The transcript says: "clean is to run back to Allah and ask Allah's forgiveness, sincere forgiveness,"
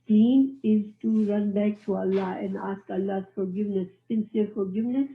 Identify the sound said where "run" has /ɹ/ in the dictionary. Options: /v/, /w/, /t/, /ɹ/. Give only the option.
/ɹ/